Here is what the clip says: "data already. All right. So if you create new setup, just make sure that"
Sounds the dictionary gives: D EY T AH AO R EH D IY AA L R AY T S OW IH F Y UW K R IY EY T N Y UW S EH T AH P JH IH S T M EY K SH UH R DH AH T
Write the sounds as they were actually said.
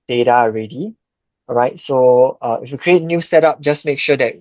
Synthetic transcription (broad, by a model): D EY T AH AO R EH D IY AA R AY T S OW IH F Y UW K R IY EY T N Y UW S EH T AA P JH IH S M EY K SH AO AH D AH T